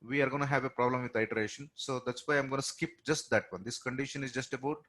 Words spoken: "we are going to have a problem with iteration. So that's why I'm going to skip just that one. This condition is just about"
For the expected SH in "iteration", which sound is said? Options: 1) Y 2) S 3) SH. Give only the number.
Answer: 3